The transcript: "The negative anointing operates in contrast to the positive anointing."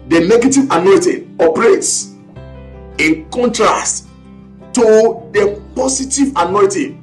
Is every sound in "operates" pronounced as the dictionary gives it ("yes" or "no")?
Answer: yes